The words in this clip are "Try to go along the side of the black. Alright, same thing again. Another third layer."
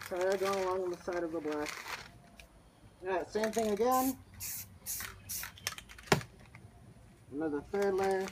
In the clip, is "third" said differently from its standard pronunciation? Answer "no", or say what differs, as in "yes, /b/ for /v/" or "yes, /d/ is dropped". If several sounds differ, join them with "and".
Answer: yes, /f/ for /θ/